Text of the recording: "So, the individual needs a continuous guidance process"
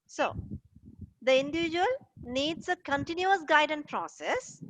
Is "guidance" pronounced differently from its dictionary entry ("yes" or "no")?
yes